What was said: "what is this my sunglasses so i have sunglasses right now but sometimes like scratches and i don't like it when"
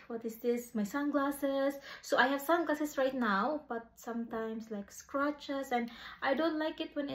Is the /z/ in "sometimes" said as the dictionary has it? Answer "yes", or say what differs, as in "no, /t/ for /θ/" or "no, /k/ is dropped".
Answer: no, /s/ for /z/